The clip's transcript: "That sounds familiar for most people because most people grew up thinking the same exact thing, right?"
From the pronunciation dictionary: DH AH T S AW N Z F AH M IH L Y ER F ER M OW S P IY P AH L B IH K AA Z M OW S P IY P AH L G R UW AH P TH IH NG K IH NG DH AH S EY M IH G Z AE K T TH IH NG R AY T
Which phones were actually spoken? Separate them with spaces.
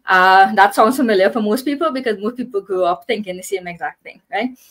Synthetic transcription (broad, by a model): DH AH T S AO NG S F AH M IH L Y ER F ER M OW S P IY P AH L B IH K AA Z M OW S P IY P AH L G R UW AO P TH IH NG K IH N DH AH S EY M IH G Z AE K T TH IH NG R AY T